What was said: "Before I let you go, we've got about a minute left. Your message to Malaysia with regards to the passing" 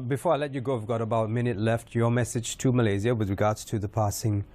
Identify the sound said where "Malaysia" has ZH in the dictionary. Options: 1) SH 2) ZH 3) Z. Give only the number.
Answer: 3